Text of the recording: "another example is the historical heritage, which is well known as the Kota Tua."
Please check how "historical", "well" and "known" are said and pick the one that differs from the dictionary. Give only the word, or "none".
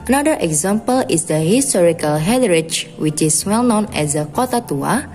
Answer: none